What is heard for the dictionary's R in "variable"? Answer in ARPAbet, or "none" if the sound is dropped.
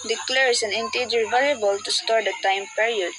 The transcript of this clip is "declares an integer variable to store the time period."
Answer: L